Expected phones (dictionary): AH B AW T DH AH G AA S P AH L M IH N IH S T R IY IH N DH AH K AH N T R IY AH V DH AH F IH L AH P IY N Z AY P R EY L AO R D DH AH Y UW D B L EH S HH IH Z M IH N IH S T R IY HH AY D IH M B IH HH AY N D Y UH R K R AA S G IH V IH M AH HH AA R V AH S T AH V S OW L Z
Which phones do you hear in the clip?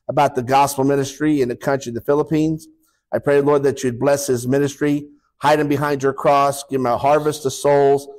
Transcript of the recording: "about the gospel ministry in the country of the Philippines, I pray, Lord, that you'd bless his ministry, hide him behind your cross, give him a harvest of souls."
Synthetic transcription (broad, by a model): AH B AW T DH AH G AA S P L M IH N IH S T R IY IH N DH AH K AH N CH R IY DH AH F IH L AH P IY N Z AY P R EY L AO R D DH AH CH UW D B L EH S HH IH Z M IH N IH S T R IY HH AY D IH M B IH HH AY N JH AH R K R AA S G IH V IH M AH HH AA R V AH S T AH S OW L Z